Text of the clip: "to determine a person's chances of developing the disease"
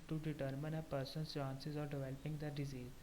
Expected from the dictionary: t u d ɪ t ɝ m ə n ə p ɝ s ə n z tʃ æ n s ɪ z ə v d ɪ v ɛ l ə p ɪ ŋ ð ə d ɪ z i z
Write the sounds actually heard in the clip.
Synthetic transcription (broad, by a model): t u d ɪ t ɝ m ə n ə p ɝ s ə n tʃ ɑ n s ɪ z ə d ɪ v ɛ l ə p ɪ ŋ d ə d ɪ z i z